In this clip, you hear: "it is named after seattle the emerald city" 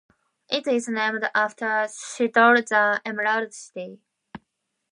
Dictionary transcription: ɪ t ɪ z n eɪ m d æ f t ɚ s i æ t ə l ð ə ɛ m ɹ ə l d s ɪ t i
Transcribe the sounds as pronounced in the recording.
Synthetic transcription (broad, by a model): ɪ t ɪ z n eɪ m d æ f t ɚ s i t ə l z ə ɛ m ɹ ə d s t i